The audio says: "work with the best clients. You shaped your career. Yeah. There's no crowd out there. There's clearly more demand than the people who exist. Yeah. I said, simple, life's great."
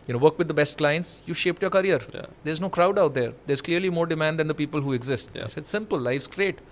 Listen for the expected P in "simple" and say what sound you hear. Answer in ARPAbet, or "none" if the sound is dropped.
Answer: P